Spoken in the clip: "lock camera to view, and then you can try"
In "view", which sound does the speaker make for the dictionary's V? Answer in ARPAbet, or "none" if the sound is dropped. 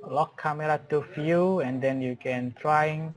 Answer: F